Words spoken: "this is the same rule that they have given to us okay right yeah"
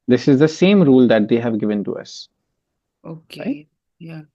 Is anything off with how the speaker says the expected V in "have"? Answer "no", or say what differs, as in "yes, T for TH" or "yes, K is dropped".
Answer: no